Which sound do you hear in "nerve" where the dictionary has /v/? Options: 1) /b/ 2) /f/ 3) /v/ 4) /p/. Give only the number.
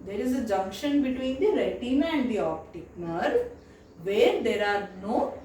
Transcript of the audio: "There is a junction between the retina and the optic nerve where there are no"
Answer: 3